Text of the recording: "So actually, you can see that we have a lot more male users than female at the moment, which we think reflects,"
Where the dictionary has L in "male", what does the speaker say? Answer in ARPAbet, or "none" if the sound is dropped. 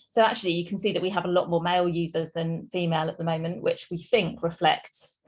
L